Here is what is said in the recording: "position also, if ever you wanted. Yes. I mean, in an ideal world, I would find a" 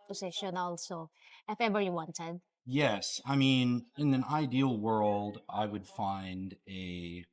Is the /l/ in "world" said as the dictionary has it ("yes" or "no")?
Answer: yes